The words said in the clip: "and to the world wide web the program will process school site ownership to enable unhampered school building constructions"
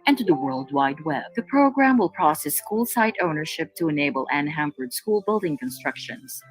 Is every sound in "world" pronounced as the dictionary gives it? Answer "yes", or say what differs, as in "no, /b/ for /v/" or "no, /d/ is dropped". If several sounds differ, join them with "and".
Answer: yes